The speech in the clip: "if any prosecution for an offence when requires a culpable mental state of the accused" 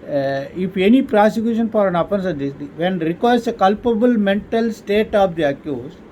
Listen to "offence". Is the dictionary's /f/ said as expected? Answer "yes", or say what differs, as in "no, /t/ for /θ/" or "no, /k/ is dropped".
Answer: no, /p/ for /f/